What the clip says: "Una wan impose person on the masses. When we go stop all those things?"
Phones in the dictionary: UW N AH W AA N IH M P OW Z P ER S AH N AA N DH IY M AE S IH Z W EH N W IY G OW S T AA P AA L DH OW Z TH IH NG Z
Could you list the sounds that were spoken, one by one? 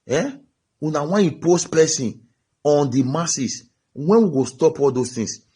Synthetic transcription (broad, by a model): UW N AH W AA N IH P OW S P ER S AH N AA N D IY M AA S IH S W EH N W IY G OW S T AA P AA L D OW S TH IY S